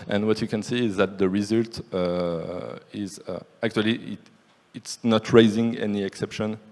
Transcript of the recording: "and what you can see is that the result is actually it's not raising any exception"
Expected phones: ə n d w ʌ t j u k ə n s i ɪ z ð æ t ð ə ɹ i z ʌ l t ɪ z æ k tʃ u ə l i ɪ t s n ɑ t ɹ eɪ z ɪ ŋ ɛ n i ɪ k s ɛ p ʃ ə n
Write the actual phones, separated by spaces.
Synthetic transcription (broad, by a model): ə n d w ʌ t j u k ə n s i ɪ z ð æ t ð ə ɹ i z ʌ l t ɪ z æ k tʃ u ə l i ɪ t s n ɑ t ɹ eɪ z ɪ ŋ ɛ n i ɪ k s ɛ p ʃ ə n